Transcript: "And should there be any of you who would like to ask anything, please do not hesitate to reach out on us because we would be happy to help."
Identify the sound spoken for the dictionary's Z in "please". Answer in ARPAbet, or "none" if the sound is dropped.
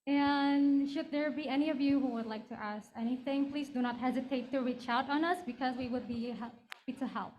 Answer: Z